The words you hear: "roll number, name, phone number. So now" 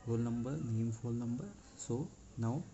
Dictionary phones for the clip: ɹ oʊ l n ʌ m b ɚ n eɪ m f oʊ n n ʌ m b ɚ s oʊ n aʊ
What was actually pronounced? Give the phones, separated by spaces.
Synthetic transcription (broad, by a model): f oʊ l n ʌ m b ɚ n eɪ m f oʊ l n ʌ m b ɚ s oʊ n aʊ